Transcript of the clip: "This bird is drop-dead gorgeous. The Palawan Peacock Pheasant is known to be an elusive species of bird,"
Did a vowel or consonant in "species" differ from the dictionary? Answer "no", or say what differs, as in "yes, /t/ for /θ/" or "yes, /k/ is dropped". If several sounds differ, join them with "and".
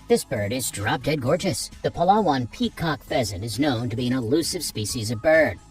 no